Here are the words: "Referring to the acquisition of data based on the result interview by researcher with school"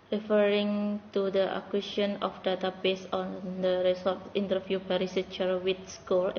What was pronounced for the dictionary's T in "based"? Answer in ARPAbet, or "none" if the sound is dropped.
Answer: none